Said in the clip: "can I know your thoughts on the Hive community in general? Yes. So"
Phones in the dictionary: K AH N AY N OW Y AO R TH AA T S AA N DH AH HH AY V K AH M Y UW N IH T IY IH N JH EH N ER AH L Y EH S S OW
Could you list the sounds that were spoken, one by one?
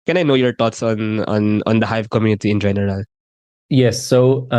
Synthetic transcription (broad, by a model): K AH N AY N OW Y AO R T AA T S AA N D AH HH AY V K AH M Y UW N IH T IY IH N JH EH N ER AH L Y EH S S OW